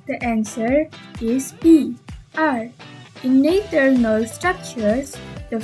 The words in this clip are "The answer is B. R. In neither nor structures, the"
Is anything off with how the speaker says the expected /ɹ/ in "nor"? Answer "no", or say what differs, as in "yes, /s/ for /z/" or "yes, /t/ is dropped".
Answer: yes, /l/ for /ɹ/